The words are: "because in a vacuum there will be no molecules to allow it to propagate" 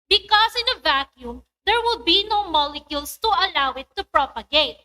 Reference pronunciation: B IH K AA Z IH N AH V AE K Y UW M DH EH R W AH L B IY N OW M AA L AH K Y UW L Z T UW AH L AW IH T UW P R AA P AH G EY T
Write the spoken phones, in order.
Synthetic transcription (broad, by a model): B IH K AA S IH N AH V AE K Y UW M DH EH R W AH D B IY N OW M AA L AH K Y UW L S T UW AH L AW IH T UW P R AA P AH G EY T